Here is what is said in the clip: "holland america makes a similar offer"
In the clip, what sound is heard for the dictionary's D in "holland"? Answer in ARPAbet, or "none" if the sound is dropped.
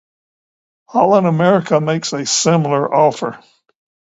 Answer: none